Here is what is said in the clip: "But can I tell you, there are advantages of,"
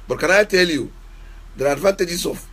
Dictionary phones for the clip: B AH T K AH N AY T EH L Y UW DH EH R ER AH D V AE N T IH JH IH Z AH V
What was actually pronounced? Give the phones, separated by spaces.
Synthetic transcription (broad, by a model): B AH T K AH N AY T EH L Y UW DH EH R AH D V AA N T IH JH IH S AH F